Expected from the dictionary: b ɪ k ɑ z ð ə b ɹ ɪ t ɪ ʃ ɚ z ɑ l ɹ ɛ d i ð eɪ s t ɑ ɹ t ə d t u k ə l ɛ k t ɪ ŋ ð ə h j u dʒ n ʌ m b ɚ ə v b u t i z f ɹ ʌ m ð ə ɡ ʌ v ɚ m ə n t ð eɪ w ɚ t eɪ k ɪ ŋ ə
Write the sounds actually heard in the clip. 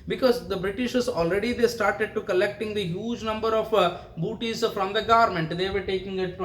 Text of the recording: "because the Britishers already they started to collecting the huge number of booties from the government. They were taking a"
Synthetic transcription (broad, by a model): b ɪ k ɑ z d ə b ɹ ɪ t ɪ ʃ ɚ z ɑ l ɹ ɛ d i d eɪ s t ɑ ɹ t ə d t u k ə l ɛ k t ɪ ŋ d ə h j u dʒ n ʌ m b ɚ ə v b u t i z f ɹ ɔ m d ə ɡ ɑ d m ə n t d eɪ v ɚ t eɪ k ɪ ŋ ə